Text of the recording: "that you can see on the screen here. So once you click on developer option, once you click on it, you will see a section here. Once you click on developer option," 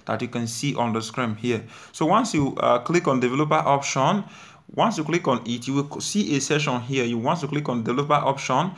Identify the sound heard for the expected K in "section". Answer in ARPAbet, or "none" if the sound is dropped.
none